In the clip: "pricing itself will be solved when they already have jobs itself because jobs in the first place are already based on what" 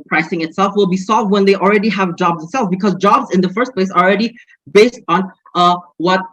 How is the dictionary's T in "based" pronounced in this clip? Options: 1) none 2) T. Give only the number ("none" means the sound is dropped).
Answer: 2